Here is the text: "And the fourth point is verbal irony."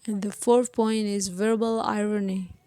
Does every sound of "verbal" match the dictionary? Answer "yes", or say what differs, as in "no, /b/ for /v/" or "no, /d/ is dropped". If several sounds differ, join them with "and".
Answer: yes